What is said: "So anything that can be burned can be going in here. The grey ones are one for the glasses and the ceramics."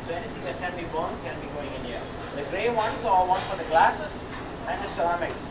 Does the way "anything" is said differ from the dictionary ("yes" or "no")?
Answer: yes